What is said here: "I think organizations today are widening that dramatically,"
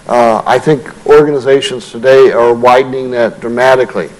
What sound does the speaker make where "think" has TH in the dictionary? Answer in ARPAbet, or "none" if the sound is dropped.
TH